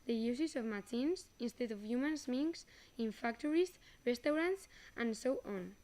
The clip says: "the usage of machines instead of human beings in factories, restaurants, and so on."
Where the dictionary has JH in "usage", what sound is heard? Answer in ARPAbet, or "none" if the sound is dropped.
Z